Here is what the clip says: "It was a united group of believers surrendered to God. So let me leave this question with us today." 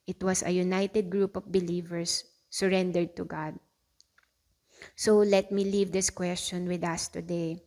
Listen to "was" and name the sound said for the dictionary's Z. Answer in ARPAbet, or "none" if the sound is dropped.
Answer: S